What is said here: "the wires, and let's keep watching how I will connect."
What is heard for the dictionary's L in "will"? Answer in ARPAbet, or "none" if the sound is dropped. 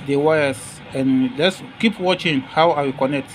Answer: W